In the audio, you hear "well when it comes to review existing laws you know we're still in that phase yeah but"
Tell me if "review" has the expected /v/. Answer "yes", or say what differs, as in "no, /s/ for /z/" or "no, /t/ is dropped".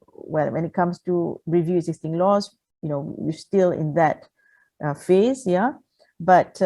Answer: yes